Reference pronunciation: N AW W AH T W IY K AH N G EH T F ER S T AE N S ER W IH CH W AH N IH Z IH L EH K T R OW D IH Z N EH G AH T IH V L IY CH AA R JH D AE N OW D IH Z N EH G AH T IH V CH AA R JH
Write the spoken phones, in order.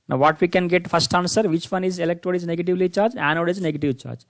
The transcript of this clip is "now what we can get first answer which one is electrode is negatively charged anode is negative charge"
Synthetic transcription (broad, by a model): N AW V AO T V IY K AH N G EH T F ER S T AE N S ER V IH CH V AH N IH Z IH L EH K T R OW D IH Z N EH G AH T IH V L IY CH AA R JH AE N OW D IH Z N EH G AH T IH V CH AA R JH